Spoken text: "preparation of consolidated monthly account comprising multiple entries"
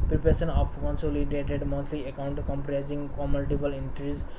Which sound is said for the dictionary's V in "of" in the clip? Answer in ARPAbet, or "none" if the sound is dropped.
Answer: P